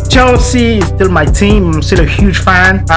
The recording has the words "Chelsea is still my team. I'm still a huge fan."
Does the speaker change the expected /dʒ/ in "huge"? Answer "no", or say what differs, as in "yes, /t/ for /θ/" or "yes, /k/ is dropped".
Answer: yes, /ʒ/ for /dʒ/